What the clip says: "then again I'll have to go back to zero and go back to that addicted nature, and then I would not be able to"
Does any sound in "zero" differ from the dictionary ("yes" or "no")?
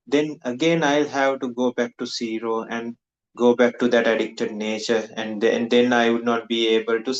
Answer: yes